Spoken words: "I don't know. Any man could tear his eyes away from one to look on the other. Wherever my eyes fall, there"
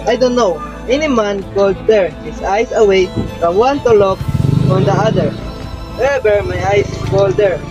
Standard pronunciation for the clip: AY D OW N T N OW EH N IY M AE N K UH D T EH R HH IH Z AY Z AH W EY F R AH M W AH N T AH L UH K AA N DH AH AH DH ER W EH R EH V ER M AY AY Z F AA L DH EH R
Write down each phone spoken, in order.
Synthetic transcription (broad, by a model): AY D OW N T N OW EH N IY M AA N K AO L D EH R HH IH S AY S AH W EY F R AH M W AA N T AH L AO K AA N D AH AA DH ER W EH EH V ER M AY AY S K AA L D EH R